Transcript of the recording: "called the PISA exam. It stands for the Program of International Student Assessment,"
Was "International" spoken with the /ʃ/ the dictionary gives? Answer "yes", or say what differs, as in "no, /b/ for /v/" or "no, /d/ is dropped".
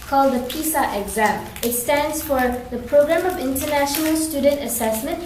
yes